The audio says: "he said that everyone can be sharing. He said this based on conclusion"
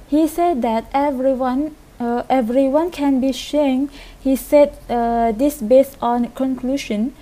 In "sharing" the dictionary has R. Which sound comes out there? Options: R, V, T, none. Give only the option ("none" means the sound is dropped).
none